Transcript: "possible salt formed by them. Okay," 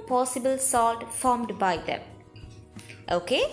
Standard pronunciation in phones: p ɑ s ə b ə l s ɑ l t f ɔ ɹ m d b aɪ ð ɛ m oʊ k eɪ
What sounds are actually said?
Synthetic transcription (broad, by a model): p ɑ s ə b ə l s ɑ l t f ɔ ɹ m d b aɪ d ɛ m oʊ k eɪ